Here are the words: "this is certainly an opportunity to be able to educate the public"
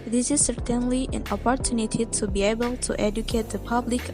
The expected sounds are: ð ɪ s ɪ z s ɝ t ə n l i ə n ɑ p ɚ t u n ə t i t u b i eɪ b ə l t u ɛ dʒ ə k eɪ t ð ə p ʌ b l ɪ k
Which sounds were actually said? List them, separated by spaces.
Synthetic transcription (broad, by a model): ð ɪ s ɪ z s ɝ t ə n l i ə n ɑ p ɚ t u n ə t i t u b i eɪ b ə l t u ɛ dʒ ə k eɪ t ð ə p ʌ b l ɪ k